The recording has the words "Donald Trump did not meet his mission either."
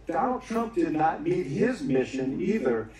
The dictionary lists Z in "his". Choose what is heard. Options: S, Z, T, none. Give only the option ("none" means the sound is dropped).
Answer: Z